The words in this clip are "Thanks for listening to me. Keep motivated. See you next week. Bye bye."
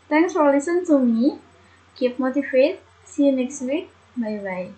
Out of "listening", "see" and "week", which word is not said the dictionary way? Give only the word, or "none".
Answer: listening